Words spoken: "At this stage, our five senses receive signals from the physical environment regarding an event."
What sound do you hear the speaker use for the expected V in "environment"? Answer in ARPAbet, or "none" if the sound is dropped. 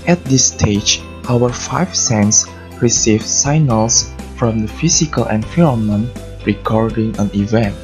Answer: F